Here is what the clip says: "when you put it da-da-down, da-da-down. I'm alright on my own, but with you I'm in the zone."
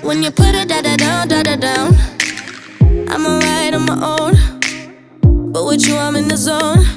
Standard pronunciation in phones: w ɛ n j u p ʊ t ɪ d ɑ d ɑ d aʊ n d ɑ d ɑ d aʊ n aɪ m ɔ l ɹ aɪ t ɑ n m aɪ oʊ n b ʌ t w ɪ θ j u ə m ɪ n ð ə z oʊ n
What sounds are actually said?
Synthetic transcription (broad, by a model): w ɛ n j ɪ p ʊ t ɪ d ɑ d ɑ d aʊ n d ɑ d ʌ d aʊ n aɪ m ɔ ɹ aɪ t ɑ m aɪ oʊ n b ʌ t w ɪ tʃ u ə m ɪ n ð ə z oʊ n